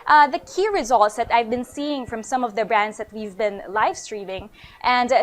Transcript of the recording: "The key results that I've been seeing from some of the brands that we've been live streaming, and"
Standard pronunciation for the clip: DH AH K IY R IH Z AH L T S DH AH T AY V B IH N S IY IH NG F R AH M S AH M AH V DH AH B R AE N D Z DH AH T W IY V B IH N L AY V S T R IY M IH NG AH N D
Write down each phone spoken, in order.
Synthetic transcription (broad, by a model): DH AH K IY R IH Z AH L T S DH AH T AY V B IH N S IY IH NG F R AH M S AH M AH V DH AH B R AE N D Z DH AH T W IY V B IH N L AY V S T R IY M IH NG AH N D